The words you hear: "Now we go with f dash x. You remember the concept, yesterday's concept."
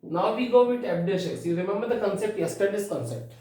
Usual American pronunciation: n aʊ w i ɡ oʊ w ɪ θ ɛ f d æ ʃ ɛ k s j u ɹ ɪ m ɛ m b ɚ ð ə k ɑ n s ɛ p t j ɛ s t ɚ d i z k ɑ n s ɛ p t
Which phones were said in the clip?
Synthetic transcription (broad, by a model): n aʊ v i ɡ oʊ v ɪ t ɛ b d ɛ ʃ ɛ s j u ɹ ɪ m ɛ m b ɚ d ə k ɑ n s ɛ p t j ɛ s t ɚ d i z k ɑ n s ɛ p t